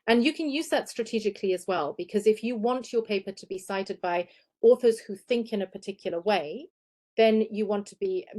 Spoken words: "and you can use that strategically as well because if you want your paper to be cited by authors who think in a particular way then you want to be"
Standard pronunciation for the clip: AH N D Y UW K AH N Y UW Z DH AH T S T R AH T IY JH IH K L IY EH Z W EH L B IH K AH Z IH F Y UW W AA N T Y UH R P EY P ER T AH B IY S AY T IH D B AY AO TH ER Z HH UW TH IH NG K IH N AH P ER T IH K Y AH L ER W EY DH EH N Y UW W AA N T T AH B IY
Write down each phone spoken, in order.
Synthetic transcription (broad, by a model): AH N Y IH K AH N Y UW Z DH AH T S T R AH T IY JH IH K L IY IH Z W EH L B IH K AH Z IH F Y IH W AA N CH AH R P EY P ER T AH B IY S AY T IH D B AY AO TH ER Z HH UW TH IH NG K IH N AH P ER T IH K Y L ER W EY DH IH N Y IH W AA N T T AH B IY